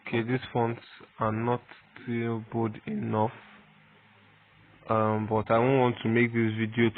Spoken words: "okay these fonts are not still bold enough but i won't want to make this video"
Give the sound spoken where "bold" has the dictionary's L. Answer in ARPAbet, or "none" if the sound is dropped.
none